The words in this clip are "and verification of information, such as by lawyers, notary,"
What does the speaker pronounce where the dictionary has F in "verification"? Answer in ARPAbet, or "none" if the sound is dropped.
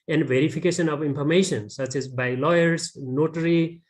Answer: P